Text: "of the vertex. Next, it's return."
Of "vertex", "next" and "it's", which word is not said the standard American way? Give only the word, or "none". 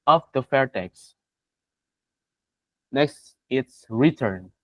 vertex